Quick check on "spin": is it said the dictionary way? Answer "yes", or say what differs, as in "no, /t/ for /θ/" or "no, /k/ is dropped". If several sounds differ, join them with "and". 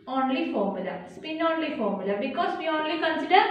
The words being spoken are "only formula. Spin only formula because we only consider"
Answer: yes